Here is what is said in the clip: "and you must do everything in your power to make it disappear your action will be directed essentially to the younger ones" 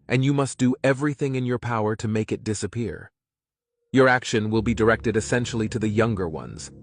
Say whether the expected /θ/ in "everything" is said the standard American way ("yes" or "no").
yes